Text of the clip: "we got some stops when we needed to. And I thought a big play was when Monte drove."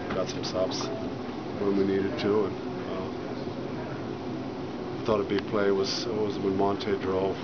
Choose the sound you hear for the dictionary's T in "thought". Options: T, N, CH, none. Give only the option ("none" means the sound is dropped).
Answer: T